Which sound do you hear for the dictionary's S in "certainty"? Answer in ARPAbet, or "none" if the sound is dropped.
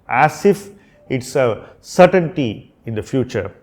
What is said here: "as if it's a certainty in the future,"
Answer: S